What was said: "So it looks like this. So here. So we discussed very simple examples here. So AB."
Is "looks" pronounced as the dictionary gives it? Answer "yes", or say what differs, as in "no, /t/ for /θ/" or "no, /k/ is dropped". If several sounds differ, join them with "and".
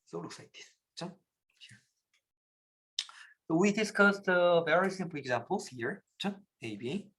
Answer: yes